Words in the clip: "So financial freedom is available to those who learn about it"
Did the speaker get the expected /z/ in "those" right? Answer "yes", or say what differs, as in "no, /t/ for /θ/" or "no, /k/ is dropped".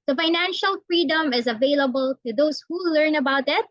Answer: no, /s/ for /z/